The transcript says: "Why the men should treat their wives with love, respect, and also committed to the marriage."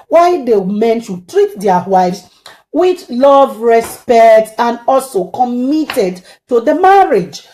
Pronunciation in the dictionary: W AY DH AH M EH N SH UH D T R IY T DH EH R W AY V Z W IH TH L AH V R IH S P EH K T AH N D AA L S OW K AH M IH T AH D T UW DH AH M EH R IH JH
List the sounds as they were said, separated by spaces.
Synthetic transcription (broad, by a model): W AY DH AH M EH N SH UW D T R IY T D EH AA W AY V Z W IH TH L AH V R IH S P EH K T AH N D AA L S OW K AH M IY T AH D T UW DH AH M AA R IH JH